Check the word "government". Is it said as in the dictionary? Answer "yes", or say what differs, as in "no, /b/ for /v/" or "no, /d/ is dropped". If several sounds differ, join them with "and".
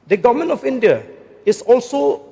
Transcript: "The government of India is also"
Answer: no, /t/ is dropped